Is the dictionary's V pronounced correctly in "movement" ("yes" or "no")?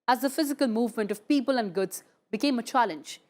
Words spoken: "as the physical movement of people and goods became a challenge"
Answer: yes